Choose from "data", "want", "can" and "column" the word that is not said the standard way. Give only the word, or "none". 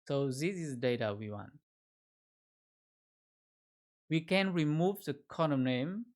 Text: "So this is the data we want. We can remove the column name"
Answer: column